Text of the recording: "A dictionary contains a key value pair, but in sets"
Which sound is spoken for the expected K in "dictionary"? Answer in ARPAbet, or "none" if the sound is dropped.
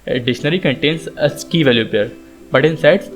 none